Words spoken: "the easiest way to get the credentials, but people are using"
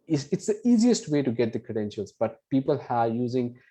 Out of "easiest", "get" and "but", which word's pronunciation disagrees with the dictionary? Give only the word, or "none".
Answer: none